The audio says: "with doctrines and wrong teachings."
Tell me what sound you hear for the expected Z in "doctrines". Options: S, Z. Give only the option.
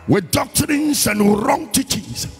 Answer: S